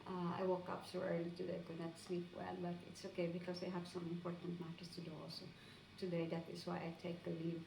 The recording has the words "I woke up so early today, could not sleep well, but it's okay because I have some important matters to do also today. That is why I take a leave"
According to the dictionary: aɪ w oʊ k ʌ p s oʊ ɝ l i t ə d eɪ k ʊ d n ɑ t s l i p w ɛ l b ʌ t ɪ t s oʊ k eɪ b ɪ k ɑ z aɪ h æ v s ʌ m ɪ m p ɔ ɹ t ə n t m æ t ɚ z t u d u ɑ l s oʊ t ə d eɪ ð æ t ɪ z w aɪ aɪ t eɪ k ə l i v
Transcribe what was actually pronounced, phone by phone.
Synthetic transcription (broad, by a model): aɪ w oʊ k ʌ p s oʊ ɝ l i t ə d eɪ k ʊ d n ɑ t s n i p w ɛ l b ʌ t ɪ t s oʊ k eɪ b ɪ k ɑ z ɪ h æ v s ʌ m ɪ m p ɔ ɹ t ə n t m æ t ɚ s t u d u ɑ l s oʊ t ə d eɪ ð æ t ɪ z w aɪ aɪ t eɪ k ə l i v